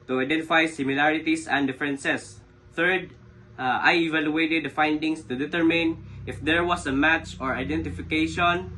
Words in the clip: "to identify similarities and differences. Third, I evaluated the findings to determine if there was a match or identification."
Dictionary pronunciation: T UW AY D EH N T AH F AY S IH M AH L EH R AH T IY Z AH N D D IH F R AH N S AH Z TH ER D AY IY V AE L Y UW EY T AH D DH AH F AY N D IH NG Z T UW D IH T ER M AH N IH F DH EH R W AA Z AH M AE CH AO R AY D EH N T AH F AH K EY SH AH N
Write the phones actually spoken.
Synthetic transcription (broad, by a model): T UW AY D EH N T AH F AY S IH M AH L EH R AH T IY S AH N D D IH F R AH N S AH S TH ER D AY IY V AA L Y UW EY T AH D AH F AY N D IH NG S T UW D IH T ER M AH N IH F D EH R W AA S AH M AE CH AO R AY D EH N T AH F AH K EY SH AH N